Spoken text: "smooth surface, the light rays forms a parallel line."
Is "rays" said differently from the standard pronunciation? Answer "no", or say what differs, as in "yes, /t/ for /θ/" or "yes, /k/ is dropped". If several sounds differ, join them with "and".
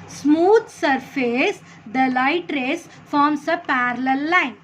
yes, /s/ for /z/